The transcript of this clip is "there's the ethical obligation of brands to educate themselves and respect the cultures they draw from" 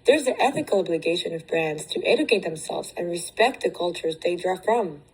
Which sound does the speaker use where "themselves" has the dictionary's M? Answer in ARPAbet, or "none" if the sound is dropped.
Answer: M